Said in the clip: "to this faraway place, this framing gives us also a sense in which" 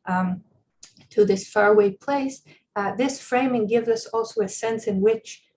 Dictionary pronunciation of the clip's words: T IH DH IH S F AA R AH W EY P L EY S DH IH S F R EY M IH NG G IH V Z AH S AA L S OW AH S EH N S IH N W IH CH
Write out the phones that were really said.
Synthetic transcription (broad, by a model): T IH DH IH S F AA R W EY P L EY S DH IH S F R EY M IH NG G IH V Z AH S AA L S OW AH S EH N S IH N W IH CH